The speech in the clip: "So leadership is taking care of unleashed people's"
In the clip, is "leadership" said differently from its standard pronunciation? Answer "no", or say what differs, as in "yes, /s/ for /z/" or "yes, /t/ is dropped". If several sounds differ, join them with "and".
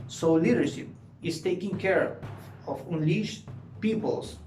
no